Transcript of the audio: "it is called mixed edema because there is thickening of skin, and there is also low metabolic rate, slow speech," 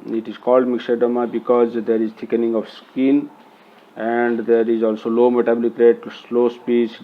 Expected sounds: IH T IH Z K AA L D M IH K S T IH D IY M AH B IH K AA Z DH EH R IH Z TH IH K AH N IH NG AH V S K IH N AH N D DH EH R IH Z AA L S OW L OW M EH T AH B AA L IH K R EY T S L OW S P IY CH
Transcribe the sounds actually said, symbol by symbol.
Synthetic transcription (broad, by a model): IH T IH Z K AA L D M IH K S IH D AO M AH B IH K AA Z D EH R IH Z T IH K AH N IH NG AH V S K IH N AH N D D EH R IH Z AA L S OW L OW M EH T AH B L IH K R EY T S L OW S P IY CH